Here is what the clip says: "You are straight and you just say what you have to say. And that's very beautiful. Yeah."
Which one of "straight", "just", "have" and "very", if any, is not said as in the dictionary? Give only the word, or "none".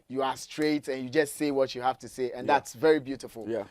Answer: have